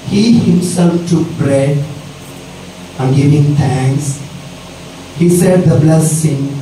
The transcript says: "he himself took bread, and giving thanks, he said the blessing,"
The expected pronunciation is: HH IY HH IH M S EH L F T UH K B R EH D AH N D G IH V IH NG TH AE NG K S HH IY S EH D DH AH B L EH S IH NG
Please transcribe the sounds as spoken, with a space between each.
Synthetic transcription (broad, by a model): HH IY HH IH M S EH L F T UH K B R EH D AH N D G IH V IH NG T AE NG K S HH IY S EH D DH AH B L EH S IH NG